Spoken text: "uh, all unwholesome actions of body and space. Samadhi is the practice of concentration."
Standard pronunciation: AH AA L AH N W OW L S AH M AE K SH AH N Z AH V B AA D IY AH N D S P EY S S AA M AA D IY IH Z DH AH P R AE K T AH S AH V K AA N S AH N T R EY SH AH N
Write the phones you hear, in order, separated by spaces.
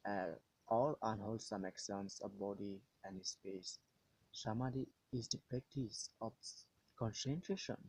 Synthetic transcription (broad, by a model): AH AA L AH N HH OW L S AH M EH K S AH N S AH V B AA D IY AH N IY S P EY S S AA M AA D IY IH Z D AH P R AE K T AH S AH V K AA N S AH N T R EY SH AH N